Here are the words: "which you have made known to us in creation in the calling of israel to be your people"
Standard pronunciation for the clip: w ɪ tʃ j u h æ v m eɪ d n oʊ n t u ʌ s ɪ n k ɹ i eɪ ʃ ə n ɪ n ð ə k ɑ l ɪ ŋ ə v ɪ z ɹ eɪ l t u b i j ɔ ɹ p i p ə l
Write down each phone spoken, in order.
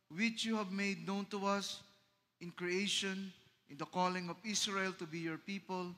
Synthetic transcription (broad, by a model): w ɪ tʃ j u h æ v m eɪ d n oʊ n t u ʌ s ɪ n k ɹ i eɪ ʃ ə n ɪ n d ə k ɑ l ɪ ŋ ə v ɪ s ɹ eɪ l t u b i j ɔ ɹ p i p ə l